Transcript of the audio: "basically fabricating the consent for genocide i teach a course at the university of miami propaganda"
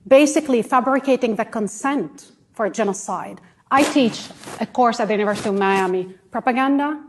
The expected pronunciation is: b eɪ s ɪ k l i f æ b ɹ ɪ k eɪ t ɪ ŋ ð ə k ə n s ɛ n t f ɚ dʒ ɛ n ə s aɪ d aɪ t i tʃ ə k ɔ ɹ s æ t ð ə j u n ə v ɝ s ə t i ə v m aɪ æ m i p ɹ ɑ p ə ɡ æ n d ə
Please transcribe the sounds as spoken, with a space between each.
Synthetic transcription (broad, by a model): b eɪ s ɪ k l i f æ b ɹ ɪ k eɪ t ɪ ŋ ð ə k ə n s ɛ n t f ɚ dʒ ɛ n ə s aɪ d aɪ t i tʃ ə k ɔ ɹ s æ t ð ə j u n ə v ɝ s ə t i ə v m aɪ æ m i p ɹ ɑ p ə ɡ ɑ n d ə